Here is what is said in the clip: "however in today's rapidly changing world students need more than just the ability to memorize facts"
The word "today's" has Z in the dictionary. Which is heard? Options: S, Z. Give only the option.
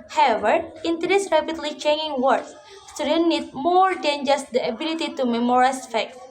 S